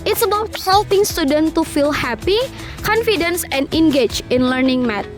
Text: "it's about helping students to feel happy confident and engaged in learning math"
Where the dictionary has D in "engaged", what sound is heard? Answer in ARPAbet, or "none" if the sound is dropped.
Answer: none